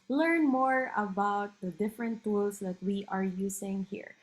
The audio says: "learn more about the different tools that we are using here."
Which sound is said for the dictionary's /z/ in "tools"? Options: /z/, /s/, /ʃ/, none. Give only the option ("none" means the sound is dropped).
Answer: /s/